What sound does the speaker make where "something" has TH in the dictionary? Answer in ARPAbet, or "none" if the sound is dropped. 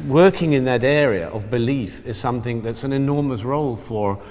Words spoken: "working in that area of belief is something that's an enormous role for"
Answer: TH